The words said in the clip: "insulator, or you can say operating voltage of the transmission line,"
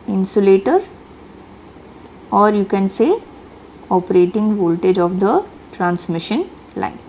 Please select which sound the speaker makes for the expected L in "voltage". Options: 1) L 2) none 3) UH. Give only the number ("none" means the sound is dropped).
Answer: 1